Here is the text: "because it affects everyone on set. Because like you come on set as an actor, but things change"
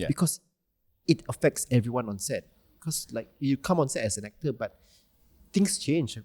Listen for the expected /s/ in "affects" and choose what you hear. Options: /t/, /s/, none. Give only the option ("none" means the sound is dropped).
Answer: /s/